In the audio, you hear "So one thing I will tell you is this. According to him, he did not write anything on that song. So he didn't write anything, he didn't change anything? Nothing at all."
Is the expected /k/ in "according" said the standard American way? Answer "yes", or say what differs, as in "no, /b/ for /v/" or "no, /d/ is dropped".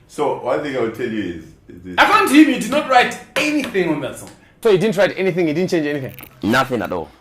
no, /k/ is dropped